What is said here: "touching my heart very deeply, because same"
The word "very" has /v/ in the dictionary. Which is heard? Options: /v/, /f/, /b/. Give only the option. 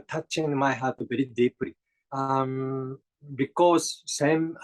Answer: /b/